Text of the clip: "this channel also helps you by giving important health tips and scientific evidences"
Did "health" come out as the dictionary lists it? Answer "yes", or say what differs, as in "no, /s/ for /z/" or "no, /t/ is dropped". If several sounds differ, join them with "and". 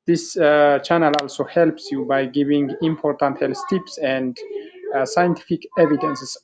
no, /s/ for /θ/